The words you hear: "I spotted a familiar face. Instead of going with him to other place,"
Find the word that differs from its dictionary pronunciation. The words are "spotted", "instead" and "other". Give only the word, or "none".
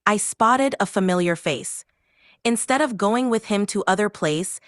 none